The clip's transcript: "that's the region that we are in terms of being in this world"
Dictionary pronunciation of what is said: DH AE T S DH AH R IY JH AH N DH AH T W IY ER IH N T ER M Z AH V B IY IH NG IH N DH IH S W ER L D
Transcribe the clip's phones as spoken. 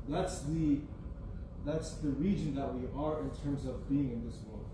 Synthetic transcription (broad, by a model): DH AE T S DH AH R IY JH AH N DH AH T W IY ER IH N T ER M Z AH V B IY IH NG IH N DH IH S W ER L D